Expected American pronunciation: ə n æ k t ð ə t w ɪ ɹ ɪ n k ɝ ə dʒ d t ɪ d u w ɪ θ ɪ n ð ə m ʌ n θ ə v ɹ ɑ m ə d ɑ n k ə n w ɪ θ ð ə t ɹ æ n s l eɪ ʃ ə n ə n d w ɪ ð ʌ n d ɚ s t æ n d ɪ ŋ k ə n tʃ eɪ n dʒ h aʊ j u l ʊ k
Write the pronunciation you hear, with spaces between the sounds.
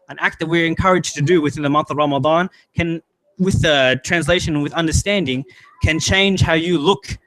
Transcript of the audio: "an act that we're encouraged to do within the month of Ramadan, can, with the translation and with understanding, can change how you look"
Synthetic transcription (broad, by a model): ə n æ k t ð ə t w ɪ ɹ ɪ n k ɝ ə dʒ t ɪ d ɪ w ɪ θ ɪ n ð ə m ʌ n θ ə v ɹ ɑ m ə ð ɑ n k ə n w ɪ ð ə t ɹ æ n s l eɪ ə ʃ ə n w ɪ ð ʌ n d ɚ s t æ n d ɪ ŋ k ə n tʃ eɪ n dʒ h aʊ j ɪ l ʊ k